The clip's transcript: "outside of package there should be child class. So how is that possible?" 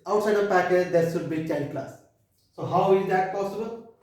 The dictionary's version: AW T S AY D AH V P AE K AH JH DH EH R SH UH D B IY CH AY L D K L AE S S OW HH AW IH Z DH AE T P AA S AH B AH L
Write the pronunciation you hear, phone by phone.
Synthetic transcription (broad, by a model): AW T S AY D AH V P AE K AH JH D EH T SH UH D B IY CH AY D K L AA S S OW HH AW IH Z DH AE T P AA S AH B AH L